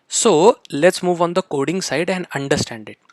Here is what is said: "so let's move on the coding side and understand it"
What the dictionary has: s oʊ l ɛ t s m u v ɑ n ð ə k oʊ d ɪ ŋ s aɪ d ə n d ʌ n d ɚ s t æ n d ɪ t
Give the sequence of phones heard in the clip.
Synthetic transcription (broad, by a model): s oʊ l ɛ t s m u v ɑ n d ə k oʊ d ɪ ŋ s aɪ d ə n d ʌ n d ɚ s t æ n d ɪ t